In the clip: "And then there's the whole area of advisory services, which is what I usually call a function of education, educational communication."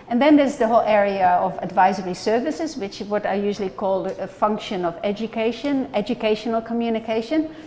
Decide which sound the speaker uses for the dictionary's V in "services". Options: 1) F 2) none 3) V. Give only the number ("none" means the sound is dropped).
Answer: 3